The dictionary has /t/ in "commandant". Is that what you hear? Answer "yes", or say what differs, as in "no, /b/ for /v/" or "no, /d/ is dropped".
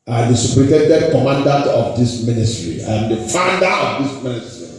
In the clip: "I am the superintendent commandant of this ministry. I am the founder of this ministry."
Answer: yes